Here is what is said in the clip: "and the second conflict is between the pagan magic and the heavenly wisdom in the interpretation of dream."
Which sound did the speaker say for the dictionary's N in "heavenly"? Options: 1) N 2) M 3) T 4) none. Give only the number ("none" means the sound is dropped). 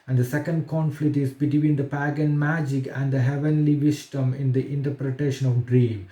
1